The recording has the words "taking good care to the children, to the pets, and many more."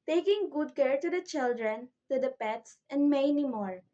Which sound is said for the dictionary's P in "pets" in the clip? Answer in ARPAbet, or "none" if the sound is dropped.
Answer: P